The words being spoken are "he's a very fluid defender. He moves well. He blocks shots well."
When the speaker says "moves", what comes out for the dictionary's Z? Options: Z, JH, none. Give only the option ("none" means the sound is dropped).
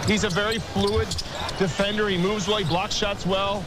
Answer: Z